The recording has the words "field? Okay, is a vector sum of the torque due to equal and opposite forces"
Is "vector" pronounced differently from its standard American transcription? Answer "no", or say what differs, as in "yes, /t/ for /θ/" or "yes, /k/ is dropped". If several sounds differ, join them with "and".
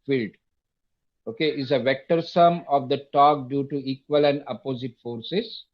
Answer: no